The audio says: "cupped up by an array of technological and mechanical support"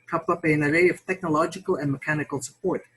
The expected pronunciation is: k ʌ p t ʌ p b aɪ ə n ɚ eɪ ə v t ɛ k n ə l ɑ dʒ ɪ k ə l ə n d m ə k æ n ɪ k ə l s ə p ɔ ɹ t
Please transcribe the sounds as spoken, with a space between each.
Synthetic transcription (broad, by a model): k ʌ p ʌ p ə n ɚ eɪ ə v t ɛ k n ə l ɑ dʒ ɪ k ə l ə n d m ə k æ n ɪ k ə l s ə p ɔ ɹ t